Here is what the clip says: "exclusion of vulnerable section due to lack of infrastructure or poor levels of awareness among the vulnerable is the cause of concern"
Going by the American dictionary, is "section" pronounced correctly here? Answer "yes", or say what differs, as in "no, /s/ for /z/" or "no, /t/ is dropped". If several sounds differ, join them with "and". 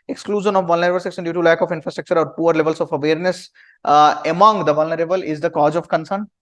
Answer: no, /s/ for /ʃ/